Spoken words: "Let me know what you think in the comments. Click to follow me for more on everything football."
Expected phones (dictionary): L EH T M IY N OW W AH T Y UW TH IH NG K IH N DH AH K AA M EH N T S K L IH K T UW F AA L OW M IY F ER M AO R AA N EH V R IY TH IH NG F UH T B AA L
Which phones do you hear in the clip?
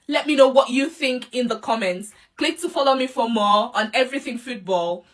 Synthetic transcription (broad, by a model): L EH T M IY N OW W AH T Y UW TH IH NG K IH N DH AH K AA M EH N T S K L IH K T UW F AA L OW M IY F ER M AO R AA N EH V R IY TH IH NG F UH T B AA L